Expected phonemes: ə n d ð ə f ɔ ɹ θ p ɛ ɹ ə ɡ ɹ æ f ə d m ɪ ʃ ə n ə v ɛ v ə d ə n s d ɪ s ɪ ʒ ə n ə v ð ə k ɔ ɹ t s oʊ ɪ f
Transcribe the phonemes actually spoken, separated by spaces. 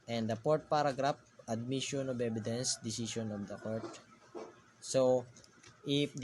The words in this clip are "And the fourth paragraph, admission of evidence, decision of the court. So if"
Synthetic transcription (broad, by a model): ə n d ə p ɔ ɹ t p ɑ ɹ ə ɡ ɹ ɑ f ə d m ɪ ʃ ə n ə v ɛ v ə d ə n s d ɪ s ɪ ʃ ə n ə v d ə k ɔ ɹ t s oʊ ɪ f